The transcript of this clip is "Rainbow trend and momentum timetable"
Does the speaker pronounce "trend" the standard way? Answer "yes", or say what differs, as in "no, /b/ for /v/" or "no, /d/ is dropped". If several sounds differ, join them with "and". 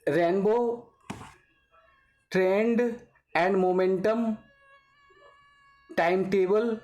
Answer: yes